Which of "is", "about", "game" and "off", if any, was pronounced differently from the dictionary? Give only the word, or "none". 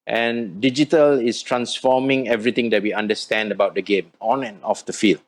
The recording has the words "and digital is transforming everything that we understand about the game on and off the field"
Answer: is